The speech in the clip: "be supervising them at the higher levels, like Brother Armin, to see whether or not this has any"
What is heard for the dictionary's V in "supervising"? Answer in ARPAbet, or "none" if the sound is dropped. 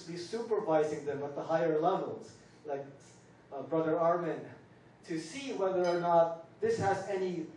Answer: V